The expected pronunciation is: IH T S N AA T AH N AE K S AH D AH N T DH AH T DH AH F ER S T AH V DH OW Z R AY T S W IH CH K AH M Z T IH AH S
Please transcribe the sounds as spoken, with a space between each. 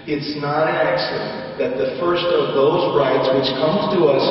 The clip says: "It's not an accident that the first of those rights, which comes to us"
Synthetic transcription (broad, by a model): IH T S N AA T AH N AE K S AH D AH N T DH AH T DH AH F ER S T AH V DH OW Z R AY T S W IH CH K AH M T IH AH S